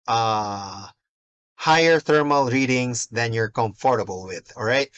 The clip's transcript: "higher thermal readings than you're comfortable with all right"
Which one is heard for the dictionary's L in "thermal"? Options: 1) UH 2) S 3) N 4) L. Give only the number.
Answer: 4